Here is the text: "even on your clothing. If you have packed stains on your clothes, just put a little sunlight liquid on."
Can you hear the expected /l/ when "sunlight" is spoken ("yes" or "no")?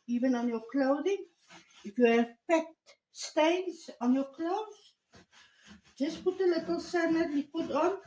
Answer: no